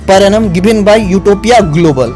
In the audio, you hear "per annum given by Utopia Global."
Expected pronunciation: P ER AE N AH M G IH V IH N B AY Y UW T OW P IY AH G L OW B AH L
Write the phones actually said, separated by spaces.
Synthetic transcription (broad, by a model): P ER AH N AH M G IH B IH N B AY Y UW T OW P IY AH G L OW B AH L